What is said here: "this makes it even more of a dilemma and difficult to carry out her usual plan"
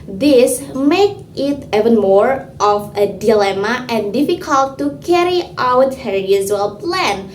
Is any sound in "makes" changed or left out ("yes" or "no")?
yes